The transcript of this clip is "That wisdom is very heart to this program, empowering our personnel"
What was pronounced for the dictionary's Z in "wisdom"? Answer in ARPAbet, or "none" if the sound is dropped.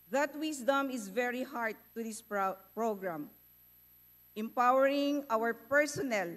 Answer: S